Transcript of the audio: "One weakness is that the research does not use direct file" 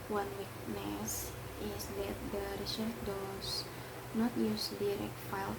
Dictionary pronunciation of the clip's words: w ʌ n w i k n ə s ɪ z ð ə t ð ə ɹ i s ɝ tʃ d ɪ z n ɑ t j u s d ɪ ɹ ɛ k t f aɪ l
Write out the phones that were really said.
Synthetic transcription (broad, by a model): w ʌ n w i k n ə s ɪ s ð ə t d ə ɹ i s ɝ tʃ d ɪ s n ɑ t j u s d ɪ ɹ ɛ k t f aɪ l